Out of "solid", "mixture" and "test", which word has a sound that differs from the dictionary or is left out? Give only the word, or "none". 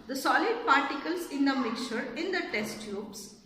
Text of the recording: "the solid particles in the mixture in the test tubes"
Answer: mixture